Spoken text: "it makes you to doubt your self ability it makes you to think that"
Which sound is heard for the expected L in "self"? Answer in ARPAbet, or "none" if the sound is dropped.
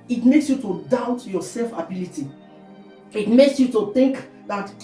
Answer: L